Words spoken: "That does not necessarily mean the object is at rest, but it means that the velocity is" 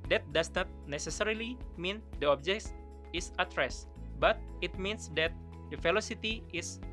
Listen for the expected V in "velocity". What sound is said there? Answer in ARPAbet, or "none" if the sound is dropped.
F